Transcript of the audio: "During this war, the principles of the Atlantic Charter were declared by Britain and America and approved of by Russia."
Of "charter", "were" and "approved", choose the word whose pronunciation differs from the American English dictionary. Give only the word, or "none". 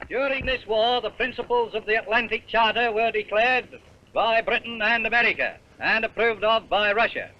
none